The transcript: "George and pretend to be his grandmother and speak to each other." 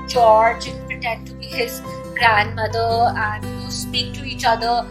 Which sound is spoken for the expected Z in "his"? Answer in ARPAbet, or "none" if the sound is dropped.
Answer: Z